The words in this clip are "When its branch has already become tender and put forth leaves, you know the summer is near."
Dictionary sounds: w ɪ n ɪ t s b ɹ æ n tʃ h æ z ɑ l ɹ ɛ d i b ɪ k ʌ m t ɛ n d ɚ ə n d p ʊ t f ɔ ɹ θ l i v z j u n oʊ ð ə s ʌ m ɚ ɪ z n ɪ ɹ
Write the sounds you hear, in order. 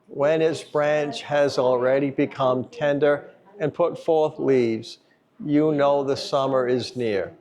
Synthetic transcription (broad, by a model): w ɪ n ɪ t s b ɹ æ n tʃ h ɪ z l ɹ ɛ d i b ɪ k ʌ m t ɛ n d ɚ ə n p ʊ t f ɔ ɹ θ l i v z j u n oʊ ð ə s ʌ m ɚ ɪ z n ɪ ɹ